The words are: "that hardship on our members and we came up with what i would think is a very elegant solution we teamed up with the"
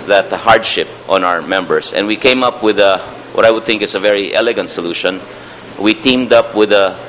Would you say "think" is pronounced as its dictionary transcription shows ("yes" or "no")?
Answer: yes